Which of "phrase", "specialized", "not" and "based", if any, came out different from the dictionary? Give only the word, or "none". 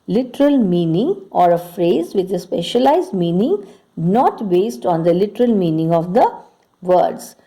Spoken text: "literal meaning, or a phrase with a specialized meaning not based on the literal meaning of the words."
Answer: none